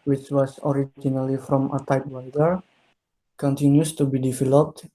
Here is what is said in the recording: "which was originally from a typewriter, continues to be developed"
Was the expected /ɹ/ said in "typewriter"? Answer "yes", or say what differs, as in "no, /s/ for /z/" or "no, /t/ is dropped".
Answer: no, /w/ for /ɹ/